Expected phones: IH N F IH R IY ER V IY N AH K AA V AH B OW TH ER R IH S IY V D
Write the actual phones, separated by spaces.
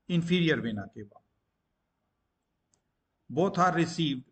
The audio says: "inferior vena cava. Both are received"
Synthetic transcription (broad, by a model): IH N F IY R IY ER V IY N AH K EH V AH B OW T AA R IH S IY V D